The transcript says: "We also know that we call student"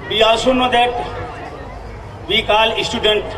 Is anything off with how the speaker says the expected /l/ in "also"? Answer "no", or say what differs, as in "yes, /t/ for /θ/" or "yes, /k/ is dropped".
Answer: yes, /l/ is dropped